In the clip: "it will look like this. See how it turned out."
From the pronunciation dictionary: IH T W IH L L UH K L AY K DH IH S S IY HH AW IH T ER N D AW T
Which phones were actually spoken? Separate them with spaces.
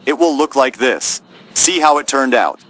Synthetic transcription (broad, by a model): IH T W IH L L UH K L AY K DH IH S S IY HH AW IH T ER N D AW T